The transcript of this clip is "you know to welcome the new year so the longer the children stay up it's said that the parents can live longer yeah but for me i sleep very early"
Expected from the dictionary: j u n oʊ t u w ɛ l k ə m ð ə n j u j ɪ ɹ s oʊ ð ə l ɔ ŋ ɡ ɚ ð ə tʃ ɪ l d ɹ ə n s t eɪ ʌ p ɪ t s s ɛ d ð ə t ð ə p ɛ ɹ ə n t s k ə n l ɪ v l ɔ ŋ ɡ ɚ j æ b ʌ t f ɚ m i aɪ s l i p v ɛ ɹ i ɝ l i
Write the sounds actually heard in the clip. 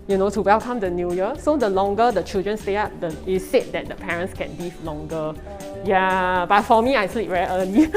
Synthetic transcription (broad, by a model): j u n oʊ t u w ɛ l k ə m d ə n j u j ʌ s oʊ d ə l ɔ ŋ ɡ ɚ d ə tʃ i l d ɹ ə n s t eɪ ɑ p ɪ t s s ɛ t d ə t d ə p ɛ ɹ ə n t s k ə n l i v l ɔ ŋ ɡ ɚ j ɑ b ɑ t f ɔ m i aɪ s l i p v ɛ i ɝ l i